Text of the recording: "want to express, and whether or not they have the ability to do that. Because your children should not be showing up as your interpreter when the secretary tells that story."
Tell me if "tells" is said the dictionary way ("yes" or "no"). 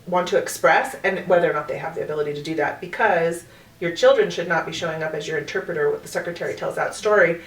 yes